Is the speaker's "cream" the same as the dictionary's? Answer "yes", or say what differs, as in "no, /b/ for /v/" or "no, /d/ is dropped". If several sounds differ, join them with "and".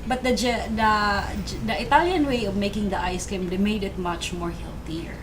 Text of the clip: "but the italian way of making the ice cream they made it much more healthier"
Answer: no, /ɹ/ is dropped